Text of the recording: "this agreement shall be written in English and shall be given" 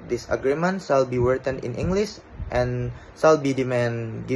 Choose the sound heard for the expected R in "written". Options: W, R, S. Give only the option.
W